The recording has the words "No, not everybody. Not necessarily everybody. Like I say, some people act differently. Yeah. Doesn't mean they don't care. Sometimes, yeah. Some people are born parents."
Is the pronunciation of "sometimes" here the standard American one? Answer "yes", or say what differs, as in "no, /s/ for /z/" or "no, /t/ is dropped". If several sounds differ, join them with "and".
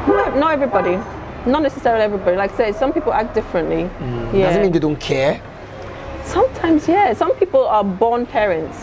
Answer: yes